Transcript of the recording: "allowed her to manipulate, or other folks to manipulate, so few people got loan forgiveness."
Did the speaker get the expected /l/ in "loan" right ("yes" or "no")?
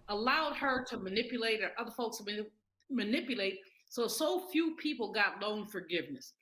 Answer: no